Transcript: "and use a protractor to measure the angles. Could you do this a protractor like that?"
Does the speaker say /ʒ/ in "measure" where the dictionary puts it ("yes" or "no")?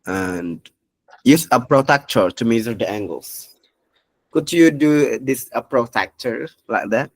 no